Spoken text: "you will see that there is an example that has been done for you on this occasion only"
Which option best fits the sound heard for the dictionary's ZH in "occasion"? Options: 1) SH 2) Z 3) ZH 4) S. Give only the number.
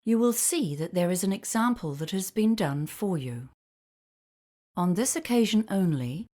3